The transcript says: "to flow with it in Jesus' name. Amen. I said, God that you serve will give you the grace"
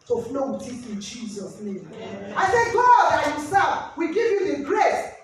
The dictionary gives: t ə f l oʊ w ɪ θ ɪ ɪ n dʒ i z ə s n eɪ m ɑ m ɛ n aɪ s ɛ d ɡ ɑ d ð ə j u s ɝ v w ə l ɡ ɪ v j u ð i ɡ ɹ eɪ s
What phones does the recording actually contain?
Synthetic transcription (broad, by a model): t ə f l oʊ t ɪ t ɪ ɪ n dʒ i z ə s n eɪ m ɑ ɪ s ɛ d ɡ ɑ d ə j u s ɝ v w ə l ɡ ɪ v j u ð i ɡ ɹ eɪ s